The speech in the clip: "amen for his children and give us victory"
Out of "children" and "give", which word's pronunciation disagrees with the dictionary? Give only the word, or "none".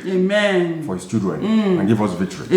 children